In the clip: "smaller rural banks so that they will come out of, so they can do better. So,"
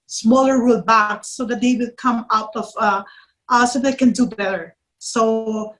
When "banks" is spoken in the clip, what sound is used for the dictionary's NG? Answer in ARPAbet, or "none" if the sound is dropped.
none